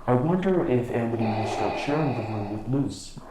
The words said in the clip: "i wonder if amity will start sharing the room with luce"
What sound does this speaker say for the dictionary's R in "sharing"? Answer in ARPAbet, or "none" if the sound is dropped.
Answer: R